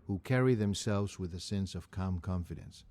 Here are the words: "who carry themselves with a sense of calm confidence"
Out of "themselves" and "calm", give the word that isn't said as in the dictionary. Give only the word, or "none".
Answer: none